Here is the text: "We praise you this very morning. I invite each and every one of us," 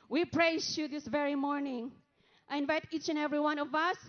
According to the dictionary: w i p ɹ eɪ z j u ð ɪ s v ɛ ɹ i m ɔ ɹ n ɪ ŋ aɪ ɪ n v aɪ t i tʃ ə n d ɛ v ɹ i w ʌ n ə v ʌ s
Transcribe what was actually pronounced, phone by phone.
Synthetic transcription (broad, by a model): w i p ɹ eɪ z j u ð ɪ s v ɛ ɹ i m ɔ ɹ n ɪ ŋ aɪ ɪ n v aɪ t i tʃ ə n ɛ v ɹ i w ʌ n ə v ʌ s